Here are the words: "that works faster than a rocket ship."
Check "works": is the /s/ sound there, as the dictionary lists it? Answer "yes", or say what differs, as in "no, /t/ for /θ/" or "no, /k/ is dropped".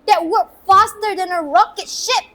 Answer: no, /s/ is dropped